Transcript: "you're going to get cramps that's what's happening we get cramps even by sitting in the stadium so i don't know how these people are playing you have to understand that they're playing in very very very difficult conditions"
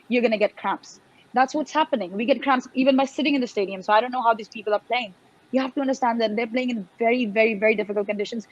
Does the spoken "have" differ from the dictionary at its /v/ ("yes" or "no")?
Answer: yes